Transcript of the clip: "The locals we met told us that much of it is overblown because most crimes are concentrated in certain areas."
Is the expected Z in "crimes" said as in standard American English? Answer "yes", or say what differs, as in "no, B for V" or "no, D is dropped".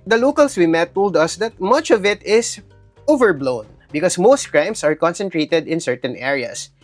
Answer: no, S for Z